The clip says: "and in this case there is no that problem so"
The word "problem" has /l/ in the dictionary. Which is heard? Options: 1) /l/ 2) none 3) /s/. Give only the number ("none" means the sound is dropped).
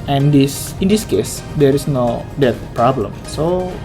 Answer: 1